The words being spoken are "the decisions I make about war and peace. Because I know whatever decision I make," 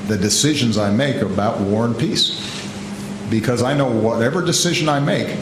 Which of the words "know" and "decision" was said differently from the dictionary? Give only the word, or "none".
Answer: none